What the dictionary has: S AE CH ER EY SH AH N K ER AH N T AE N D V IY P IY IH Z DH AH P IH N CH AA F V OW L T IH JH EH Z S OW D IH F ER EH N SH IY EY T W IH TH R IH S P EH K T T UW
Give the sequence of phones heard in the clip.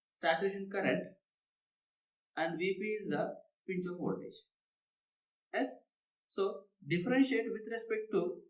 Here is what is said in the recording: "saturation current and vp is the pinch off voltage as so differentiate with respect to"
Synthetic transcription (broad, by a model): S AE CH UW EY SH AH N K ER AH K T AE N D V IY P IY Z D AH P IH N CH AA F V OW T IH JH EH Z S OW D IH F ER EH N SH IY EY T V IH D R IH S P EH K T T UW